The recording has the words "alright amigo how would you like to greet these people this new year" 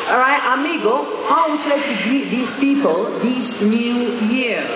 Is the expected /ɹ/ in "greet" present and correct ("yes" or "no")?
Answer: no